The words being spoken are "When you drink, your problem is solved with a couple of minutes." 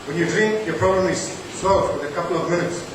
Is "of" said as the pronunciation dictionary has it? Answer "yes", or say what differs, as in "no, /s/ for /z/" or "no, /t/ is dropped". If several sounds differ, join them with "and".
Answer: yes